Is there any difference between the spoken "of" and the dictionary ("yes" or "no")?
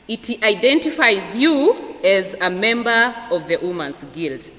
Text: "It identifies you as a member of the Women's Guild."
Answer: no